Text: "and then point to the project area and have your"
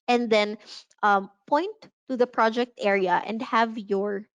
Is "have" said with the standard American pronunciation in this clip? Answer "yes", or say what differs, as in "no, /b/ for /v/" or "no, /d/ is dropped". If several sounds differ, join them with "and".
yes